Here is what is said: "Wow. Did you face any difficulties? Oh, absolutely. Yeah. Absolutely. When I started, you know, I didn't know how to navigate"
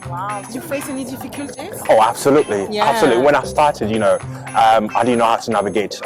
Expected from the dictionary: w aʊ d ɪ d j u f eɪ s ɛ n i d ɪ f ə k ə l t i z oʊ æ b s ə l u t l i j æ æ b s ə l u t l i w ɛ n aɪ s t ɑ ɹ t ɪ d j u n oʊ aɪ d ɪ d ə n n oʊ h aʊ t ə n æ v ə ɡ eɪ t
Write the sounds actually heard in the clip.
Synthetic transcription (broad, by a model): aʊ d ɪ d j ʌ f eɪ s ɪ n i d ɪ f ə k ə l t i oʊ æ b s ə l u t l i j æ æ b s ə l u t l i w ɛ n aɪ s t ɑ ɹ t ɪ d j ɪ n oʊ aɪ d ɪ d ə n n oʊ h aʊ t ə n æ v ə ɡ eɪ t